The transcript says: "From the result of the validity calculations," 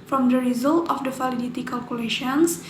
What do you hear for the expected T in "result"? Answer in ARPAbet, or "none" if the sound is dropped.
T